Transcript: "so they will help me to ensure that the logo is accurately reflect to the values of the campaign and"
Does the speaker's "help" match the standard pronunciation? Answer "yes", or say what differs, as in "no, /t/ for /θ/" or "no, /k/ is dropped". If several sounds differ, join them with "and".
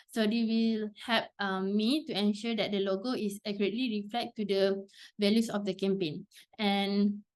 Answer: no, /l/ is dropped